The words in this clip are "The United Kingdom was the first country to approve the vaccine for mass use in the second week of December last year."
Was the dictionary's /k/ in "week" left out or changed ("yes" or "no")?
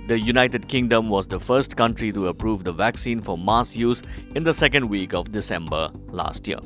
no